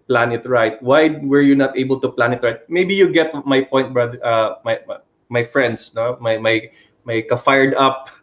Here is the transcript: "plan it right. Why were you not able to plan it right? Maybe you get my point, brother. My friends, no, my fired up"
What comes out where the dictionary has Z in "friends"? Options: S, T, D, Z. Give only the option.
S